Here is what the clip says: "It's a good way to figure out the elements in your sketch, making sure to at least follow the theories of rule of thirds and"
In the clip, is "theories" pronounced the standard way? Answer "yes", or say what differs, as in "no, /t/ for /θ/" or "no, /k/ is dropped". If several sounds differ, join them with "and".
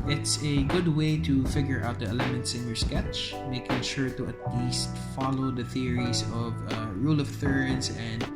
no, /s/ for /z/